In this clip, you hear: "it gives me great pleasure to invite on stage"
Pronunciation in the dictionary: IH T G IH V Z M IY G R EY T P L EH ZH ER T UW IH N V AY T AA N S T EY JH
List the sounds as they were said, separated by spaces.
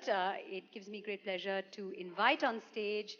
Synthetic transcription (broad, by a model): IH T G IH V Z M IY G R EY T P L EH ZH ER T UW IH N V AY T AA N S T EY JH